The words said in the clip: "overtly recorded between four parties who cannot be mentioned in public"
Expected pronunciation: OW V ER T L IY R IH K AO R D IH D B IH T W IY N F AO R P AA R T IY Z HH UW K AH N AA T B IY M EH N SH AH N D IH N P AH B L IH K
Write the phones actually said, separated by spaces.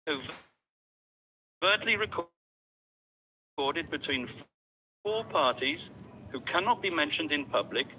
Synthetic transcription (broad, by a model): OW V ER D L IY R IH K AO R D IH D B IH T W IY N F AO P AA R T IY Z HH UW K AH N AA T B IY M EH N SH AH N D IH N P AH B L IH K